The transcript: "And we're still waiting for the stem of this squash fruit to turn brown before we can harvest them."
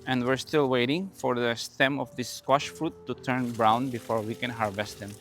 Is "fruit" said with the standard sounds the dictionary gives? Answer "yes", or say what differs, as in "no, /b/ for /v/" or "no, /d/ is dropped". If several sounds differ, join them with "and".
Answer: yes